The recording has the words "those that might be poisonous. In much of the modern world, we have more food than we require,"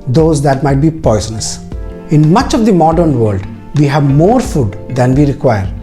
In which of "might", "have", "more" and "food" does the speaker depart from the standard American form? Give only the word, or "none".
none